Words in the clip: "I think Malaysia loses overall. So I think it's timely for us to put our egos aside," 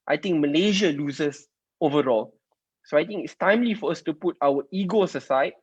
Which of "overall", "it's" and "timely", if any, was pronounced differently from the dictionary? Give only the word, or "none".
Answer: none